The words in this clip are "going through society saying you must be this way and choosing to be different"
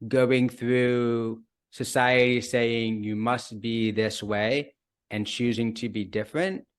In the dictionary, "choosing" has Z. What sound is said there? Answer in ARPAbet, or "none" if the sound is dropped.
Z